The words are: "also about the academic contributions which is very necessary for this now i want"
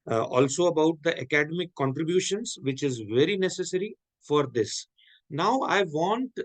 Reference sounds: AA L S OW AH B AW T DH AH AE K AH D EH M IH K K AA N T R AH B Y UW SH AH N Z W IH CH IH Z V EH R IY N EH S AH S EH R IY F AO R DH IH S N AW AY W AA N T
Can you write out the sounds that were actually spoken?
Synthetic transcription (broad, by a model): AA L S OW AH B AW T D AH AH K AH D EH M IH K K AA N T R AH B Y UW SH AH N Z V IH CH IH Z V EH R IY N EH S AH S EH R IY F AO R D IH S N AW AY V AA N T